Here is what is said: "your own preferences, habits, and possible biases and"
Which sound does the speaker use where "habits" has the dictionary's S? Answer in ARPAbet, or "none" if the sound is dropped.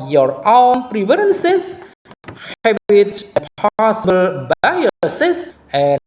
none